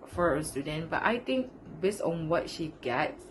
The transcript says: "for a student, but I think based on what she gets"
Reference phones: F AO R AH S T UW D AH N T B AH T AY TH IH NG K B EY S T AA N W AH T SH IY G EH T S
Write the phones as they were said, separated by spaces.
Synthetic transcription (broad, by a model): F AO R AH S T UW D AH N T B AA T AY T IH NG K B EY S T AA N W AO T SH IY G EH T